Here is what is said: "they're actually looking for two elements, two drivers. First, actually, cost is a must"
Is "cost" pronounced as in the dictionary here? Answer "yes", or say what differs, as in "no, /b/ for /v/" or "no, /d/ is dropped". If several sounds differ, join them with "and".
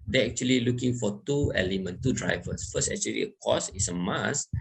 no, /t/ is dropped